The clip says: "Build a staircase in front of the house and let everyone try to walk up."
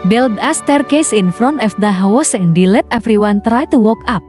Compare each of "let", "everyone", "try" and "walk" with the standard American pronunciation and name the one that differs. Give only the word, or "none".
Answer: everyone